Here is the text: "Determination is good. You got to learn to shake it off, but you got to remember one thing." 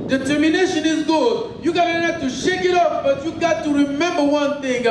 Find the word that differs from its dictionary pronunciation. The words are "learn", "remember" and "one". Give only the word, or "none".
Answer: learn